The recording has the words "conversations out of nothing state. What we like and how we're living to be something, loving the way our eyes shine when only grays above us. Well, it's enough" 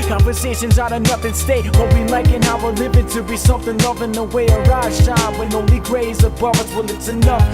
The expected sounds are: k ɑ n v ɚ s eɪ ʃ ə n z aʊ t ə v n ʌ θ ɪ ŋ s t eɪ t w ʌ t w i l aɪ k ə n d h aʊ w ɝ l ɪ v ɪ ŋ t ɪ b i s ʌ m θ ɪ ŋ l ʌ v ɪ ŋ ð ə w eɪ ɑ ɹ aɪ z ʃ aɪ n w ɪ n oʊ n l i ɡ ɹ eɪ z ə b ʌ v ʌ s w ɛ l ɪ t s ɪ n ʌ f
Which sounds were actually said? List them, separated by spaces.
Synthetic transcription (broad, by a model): k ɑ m v ɚ s eɪ ʃ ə n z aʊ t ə n ʌ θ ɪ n s t eɪ t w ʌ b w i l aɪ k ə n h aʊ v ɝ l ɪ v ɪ t ɪ b i s ʌ m θ ɪ ŋ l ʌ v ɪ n ð ə w eɪ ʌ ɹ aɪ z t aɪ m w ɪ n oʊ l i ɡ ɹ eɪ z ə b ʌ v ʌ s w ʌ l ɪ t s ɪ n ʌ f